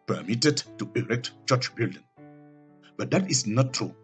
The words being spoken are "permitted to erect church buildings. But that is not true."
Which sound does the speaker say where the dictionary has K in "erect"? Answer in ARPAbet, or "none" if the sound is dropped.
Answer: K